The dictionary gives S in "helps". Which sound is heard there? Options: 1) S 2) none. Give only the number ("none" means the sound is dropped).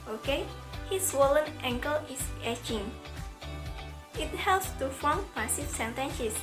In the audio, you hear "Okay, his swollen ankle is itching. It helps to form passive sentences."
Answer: 1